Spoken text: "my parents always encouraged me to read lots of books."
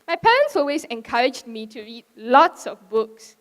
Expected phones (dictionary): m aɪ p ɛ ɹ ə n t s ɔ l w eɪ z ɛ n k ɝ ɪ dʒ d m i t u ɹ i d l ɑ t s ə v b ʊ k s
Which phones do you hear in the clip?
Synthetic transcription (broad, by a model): m aɪ p ɛ ɹ ə n t s ɔ l w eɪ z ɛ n k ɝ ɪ dʒ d m i t u ɹ i d l ɑ t s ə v b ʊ k s